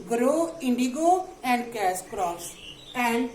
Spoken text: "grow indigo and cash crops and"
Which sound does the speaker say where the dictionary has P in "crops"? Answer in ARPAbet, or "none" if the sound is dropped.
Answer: none